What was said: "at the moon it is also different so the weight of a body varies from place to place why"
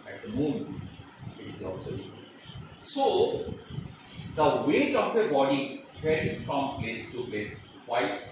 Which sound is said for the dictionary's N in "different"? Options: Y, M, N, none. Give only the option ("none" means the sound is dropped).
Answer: none